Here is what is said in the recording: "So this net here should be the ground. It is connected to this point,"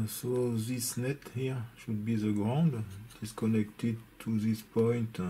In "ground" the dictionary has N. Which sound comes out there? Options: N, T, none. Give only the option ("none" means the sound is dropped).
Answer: N